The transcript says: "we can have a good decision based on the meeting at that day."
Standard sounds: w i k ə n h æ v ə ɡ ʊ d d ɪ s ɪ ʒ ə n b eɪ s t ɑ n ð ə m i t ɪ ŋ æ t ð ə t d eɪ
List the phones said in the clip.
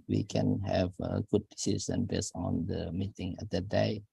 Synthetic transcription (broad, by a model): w i k ə n h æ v ə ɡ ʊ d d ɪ s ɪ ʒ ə n b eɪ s ɑ n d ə m i t ɪ ŋ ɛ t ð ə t d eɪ